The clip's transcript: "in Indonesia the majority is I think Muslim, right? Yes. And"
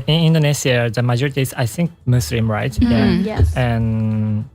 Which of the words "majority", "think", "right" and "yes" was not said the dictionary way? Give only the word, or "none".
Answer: yes